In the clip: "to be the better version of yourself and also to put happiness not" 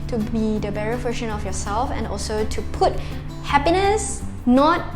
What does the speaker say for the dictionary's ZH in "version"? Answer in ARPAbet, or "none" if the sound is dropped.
SH